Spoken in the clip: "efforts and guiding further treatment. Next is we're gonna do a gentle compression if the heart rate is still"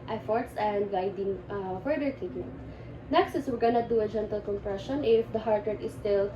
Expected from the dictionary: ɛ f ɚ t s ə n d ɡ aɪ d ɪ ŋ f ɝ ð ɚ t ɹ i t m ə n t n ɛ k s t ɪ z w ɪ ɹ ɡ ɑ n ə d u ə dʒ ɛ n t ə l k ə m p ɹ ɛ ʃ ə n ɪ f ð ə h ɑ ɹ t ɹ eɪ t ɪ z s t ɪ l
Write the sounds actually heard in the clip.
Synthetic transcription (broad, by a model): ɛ f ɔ t s ə n d ɡ aɪ d ɪ ŋ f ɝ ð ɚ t i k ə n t n ɛ k s t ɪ s w ɪ ɹ ɡ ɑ n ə d u ə dʒ ɛ n t ə l k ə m p ɹ ɛ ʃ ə n ɪ f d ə h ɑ ɹ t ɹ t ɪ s t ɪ l